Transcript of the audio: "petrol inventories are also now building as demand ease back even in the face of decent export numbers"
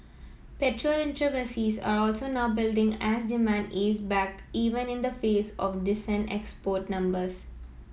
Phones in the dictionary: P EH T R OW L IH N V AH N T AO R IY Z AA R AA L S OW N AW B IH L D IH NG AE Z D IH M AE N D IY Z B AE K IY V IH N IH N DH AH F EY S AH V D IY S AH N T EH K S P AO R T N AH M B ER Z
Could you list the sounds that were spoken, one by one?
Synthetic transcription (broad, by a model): P EH T R OW L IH N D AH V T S IY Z AA R AA L S OW N AW B IH L D IH NG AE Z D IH M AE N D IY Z B AE K IY V IH N IH N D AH F EY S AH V D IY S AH N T EH K S P AO R T N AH M B ER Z